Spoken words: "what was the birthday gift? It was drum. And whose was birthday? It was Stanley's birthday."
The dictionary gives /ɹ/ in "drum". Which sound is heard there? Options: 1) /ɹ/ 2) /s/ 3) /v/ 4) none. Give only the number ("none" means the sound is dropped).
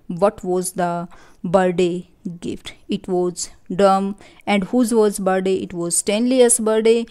4